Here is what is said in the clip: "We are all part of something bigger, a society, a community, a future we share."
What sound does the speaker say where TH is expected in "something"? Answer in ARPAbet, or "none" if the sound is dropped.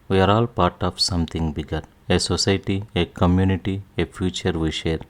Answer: T